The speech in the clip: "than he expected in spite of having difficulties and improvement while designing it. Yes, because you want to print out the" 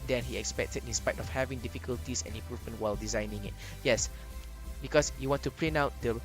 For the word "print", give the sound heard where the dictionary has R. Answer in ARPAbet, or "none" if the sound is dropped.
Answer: L